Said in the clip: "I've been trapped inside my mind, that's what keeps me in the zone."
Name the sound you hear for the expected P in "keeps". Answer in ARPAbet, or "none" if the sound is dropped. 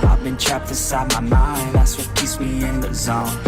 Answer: none